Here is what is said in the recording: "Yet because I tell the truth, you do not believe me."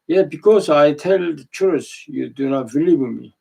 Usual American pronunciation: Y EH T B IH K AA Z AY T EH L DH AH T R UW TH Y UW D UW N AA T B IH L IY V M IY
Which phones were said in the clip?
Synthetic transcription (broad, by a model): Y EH B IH K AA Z AY T EH L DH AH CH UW S Y UW D UW N AA T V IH L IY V M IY